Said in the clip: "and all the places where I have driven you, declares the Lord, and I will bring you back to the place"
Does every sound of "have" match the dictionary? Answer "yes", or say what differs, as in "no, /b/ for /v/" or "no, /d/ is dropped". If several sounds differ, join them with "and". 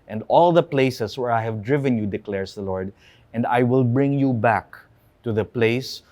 yes